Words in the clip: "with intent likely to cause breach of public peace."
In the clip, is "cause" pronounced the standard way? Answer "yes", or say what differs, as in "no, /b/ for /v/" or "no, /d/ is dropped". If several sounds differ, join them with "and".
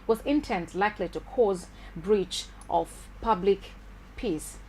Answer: yes